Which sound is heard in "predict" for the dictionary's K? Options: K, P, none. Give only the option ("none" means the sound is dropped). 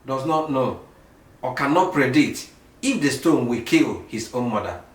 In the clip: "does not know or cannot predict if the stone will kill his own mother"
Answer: none